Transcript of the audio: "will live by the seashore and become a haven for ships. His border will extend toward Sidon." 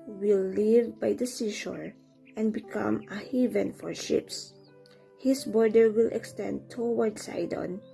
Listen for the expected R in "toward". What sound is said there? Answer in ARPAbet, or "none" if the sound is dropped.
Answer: W